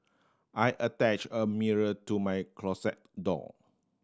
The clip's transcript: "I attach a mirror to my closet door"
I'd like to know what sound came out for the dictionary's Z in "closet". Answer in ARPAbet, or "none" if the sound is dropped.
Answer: S